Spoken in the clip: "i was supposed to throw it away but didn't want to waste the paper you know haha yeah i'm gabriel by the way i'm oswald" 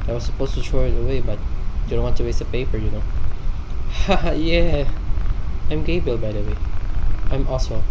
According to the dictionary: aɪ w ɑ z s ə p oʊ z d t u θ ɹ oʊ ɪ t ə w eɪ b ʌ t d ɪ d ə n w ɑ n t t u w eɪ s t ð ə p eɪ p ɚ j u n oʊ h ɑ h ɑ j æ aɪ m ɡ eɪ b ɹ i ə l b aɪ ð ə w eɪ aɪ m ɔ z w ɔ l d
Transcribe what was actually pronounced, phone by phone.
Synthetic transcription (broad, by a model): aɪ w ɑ s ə p oʊ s t u t ɹ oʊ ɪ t ə w eɪ b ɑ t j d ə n w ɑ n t t u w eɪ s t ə p eɪ p ɚ j u n oʊ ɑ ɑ j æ aɪ m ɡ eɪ b i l b aɪ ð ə w eɪ aɪ m ɔ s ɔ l